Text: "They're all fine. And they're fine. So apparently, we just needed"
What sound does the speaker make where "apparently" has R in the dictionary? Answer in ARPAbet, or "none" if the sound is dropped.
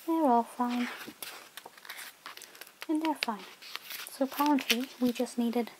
L